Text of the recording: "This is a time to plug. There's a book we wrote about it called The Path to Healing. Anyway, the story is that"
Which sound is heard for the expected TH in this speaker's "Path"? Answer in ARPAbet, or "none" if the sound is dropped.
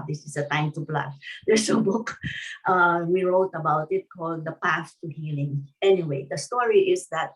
S